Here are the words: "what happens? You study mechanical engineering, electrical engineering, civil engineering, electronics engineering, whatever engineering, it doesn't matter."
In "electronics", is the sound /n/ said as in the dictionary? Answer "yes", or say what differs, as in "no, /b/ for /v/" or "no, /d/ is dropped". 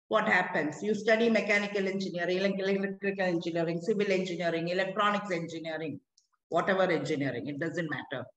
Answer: yes